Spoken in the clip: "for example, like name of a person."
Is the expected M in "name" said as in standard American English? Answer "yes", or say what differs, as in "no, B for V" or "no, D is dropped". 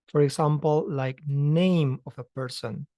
yes